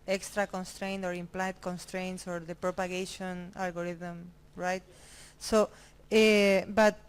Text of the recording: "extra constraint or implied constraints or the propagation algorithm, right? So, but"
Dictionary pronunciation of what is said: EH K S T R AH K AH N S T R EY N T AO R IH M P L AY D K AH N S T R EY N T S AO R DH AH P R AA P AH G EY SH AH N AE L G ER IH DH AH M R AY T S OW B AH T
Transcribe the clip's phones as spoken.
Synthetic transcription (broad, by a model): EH K S T R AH K AH N S T R EY N T AO R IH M P L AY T K AH N S T R EY N T S AO R DH AH P R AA P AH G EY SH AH N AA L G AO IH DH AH M R AY T S OW B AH T